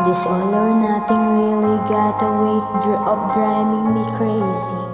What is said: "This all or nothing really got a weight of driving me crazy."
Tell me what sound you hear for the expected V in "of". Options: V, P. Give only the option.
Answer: P